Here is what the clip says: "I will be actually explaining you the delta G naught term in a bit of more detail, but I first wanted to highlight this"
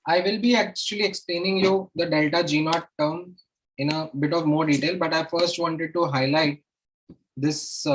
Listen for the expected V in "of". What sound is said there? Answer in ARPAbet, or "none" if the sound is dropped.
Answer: V